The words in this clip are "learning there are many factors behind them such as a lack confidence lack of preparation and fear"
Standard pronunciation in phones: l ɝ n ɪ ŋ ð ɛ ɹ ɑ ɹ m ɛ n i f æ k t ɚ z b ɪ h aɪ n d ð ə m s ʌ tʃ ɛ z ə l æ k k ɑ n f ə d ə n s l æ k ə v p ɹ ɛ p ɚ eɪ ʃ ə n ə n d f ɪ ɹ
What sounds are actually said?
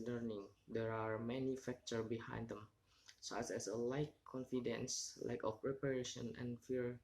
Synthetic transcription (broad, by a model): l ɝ n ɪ ŋ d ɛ ɹ ɑ ɹ m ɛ n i f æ k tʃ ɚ b ɪ h aɪ n d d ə m s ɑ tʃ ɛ s ə l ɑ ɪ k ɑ n f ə d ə n s l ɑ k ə f p ɹ ɛ p ɚ eɪ ʃ ə n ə n f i ɹ